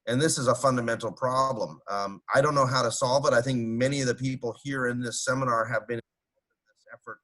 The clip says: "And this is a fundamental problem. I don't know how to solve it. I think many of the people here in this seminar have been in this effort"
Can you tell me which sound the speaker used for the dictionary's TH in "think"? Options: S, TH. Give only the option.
TH